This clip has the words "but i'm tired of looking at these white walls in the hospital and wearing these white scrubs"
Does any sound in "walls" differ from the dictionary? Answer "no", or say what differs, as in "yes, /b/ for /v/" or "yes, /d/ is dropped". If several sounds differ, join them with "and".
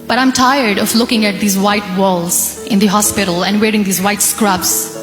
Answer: no